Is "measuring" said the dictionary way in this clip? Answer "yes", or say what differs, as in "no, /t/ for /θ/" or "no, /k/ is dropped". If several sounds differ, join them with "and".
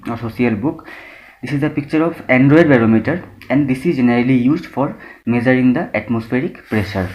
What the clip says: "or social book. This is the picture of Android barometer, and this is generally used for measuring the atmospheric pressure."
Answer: no, /z/ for /ʒ/